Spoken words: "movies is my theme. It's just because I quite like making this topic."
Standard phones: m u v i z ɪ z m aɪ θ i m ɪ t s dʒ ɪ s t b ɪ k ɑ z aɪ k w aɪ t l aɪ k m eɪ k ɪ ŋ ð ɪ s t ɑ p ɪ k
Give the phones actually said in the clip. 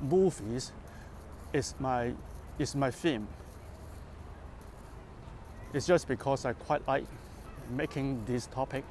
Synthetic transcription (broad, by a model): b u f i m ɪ s m aɪ f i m ɪ t s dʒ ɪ s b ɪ k ɑ s aɪ k w aɪ t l aɪ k m eɪ k ɪ ŋ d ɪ s t ɑ p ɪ k